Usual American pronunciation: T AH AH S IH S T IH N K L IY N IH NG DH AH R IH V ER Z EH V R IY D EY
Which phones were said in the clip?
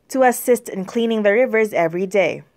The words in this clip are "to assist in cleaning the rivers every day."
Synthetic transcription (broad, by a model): T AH AH S IH S T IH N K L IY N IH NG DH AH R IH V ER Z EH V R IY D EY